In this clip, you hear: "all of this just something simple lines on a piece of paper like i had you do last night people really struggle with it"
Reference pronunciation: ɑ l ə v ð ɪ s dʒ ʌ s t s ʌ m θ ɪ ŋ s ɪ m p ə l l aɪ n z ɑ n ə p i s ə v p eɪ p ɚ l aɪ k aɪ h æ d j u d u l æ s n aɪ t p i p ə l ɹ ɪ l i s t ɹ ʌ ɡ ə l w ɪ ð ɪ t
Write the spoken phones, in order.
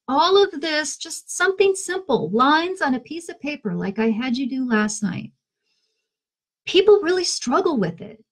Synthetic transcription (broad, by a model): ɑ l ə v ð ɪ s dʒ ʌ s t s ʌ m θ ɪ ŋ s ɪ m p l l aɪ n z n ə p i s ə v p eɪ p ɚ l aɪ k aɪ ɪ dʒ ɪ d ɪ l æ s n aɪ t p i p l ɹ ɪ l i s t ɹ ʌ ɡ l w ɪ ð ɪ t